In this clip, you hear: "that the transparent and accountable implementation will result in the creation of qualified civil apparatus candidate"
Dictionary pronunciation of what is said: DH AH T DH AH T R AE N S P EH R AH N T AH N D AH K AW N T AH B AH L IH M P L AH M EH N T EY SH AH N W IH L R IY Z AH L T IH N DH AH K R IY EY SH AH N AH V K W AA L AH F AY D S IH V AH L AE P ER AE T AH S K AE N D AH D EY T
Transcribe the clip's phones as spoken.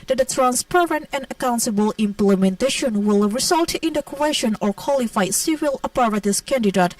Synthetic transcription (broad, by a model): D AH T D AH T R AE N S P EH R AH N T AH N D AH K AW N T AH B AH L IH M P L AH M EH N T EY SH AH N W IH L R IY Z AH L T IH N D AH K W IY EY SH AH N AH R K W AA L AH F AY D S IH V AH L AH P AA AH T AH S K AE N D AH D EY T